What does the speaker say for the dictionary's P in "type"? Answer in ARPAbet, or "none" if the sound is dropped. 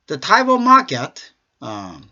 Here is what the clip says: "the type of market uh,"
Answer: B